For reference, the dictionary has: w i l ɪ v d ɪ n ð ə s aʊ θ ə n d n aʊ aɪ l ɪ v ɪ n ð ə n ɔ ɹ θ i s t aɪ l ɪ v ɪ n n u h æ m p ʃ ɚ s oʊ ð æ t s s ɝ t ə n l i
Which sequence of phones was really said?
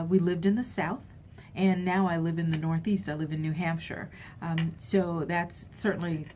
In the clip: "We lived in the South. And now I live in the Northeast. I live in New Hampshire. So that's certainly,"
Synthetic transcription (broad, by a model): w i l ɪ v d ɪ n ð ə s aʊ θ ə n n aʊ aɪ l ɪ v ɪ n ð ə n ɔ ɹ θ i s t aɪ l ɪ v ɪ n n u h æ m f ʃ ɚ s oʊ ð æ t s s ɝ t n l i